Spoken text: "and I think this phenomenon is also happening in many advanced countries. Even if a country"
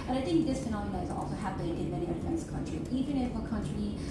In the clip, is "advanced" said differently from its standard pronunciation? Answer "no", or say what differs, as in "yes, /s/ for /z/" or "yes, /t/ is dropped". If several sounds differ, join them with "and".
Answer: yes, /f/ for /v/